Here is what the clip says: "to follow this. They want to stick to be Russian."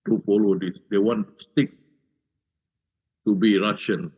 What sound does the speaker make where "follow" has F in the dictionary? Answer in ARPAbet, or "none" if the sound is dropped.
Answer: P